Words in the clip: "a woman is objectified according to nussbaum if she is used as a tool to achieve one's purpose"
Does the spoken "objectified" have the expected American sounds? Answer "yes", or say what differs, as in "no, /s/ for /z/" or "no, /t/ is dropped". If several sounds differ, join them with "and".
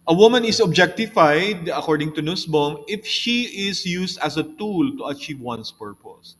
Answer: yes